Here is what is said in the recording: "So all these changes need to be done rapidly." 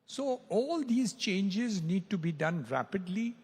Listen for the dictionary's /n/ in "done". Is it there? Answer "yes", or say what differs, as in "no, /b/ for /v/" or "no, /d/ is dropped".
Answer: yes